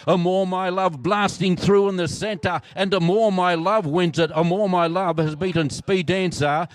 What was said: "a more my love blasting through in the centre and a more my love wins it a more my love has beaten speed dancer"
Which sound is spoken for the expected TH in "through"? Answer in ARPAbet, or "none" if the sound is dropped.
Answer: TH